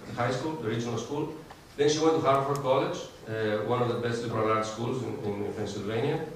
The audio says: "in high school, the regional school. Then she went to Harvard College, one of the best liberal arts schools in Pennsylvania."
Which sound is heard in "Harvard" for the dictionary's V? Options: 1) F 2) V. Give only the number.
1